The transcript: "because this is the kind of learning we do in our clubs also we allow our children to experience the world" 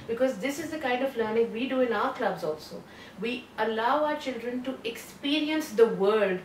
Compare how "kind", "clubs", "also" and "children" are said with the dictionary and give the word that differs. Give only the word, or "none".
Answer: none